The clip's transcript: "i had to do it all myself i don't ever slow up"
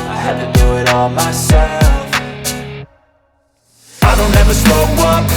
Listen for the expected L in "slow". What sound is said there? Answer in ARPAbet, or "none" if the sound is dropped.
none